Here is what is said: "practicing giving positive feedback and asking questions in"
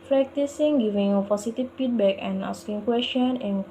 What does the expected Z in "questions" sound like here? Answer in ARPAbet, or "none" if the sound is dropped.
none